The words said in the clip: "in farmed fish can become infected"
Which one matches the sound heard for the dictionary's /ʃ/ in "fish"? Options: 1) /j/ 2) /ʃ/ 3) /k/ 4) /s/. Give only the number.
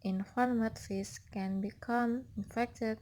4